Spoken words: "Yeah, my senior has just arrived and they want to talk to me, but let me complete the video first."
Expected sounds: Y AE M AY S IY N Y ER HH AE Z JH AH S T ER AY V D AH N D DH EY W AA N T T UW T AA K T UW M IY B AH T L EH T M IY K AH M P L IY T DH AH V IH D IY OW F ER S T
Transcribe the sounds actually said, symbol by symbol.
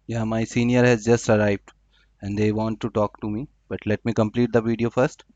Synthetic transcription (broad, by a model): Y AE M AY S IY N Y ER HH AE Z JH AH S T ER AY V D AH N D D EY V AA N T T UW T AA K T UW M IY B AH T L EH T M IY K AH M P L IY T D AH V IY D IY OW F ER S T